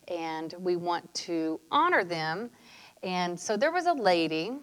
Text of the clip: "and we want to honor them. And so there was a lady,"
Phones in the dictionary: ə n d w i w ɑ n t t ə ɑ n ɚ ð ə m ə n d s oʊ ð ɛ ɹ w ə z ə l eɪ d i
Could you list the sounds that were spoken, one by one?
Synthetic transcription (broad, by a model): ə n w i w ɑ n t t ɑ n ɚ ð ə m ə n s oʊ ð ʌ ɹ w ə z ə l eɪ d i